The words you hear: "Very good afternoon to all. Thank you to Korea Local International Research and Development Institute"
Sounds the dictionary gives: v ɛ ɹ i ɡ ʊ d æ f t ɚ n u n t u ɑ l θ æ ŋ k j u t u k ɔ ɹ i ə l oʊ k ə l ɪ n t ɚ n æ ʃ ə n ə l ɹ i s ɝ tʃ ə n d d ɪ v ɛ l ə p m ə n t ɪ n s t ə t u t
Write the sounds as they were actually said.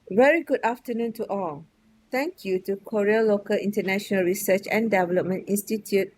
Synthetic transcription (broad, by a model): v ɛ ɹ i ɡ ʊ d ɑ f t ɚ n u n t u ɑ l t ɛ ŋ k j u t u k ɔ ɹ i ə l oʊ k ə l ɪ n t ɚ n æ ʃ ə n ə l ɹ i s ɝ tʃ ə n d d ɪ v ɛ l ə p m ə n t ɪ n s t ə t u t